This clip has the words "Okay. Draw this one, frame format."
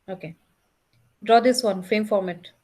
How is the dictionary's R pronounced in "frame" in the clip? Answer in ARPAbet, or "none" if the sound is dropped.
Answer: none